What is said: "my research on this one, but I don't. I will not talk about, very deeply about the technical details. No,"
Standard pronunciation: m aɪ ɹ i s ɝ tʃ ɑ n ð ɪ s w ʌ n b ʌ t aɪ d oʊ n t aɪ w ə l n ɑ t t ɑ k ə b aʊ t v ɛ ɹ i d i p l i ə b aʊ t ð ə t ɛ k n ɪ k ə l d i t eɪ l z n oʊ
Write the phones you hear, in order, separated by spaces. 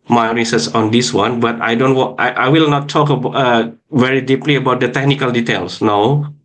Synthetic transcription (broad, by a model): m aɪ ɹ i s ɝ s ɑ n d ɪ s w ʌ n b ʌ t aɪ d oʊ n t aɪ w ə l n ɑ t t ɑ k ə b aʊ v ɛ ɹ i d i p l i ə b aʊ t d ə t ɛ k n ɪ k ə l d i t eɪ l s n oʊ